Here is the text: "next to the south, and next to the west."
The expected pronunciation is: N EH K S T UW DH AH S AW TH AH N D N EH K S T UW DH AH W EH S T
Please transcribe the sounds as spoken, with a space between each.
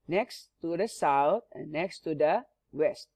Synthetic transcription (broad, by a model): N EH K S T UW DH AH S AW T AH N N EH K S T UW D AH W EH S T